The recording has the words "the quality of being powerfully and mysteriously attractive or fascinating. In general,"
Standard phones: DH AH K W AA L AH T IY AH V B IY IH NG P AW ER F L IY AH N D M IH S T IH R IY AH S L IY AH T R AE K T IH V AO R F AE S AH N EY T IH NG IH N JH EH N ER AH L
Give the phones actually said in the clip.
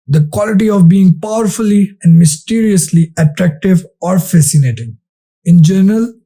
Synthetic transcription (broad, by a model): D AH K W AA L AH T IY AH V B IY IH NG P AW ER F L IY AH N D M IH S T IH R IY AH S L IY AH T R AE K T IH V AO R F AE S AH N EY T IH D IH N JH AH N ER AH L